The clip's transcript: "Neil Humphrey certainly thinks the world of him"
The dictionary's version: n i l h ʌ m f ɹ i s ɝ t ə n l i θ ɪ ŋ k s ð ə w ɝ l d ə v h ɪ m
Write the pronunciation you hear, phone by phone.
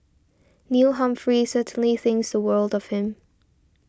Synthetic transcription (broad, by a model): n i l h ʌ m f ɹ i s ɝ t n l i θ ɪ ŋ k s ð ə w ɝ l d ə v h ɪ m